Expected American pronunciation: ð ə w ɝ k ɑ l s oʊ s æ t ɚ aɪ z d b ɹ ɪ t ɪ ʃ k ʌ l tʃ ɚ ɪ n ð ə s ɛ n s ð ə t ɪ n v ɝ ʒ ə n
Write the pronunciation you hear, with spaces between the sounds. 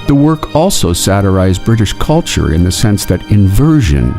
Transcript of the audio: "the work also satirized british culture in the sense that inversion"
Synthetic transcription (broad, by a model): ð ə w ɝ k ɑ l s oʊ s æ t ɚ aɪ z b ɹ ɪ t ɪ ʃ k ʌ l tʃ ɚ ɪ n ð ə s ɛ n s ð ə t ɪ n v ɝ ʒ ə n